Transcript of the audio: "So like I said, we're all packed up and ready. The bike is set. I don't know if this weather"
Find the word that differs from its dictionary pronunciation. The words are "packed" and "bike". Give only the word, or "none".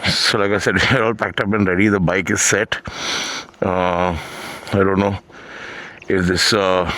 none